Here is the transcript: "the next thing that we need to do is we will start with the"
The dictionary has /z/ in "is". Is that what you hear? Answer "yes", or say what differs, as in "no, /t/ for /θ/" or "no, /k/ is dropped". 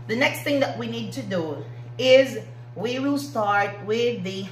yes